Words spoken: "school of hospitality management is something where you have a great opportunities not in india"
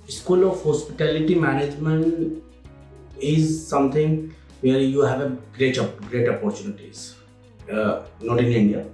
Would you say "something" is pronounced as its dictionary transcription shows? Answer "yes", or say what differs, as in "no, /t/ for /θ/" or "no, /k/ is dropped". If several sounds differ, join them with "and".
no, /t/ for /θ/